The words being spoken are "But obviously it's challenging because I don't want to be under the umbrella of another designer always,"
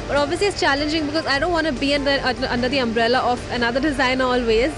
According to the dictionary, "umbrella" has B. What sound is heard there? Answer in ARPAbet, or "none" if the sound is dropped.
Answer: B